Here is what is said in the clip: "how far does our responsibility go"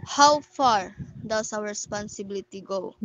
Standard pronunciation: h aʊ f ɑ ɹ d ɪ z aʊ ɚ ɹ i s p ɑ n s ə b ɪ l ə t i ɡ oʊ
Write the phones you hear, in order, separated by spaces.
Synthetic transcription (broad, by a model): h aʊ f ɑ ɹ d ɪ s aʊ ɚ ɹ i s p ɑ n s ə b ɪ l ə t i ɡ oʊ